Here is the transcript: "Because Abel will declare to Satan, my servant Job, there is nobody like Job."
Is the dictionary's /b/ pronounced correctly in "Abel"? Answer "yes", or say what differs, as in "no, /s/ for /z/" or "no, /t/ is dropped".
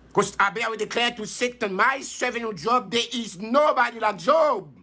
no, /b/ is dropped